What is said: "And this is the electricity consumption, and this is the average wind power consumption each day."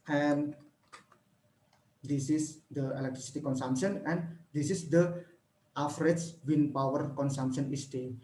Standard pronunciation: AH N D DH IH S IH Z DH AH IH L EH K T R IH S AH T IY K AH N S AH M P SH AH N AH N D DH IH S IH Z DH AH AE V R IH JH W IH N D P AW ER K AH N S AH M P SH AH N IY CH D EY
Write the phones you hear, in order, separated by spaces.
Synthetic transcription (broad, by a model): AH N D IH S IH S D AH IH L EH K T R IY S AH T IY K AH N S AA M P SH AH N AH N D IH S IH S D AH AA F R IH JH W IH N P AW ER K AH N S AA M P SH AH N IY S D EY